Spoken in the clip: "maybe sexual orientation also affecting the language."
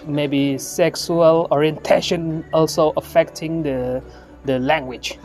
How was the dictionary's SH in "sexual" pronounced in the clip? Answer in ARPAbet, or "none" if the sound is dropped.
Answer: S